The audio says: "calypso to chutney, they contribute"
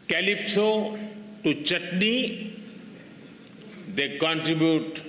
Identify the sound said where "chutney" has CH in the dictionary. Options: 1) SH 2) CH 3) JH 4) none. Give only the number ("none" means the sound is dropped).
2